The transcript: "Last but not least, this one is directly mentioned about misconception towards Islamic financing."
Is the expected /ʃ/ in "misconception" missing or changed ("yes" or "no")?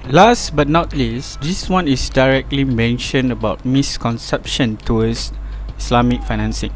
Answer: no